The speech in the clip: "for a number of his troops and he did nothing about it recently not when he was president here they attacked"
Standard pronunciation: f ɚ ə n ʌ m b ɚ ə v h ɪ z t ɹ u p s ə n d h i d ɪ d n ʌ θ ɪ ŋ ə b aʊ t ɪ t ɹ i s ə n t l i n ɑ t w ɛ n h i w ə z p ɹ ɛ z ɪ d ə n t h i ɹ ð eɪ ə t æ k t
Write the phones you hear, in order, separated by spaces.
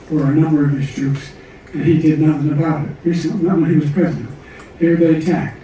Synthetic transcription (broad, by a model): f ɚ ə n ʌ m b ɚ ə v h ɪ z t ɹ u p s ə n i d ɪ d n ʌ θ ɪ ŋ ə b aʊ t ɪ t ɹ i s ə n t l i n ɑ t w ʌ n h i w ə z p ɹ ɛ z ɪ d ə n t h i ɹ ð eɪ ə t æ k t